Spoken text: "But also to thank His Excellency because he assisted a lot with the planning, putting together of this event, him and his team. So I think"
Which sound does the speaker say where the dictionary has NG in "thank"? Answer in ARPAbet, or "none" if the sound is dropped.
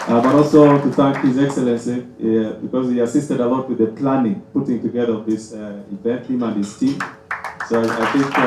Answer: none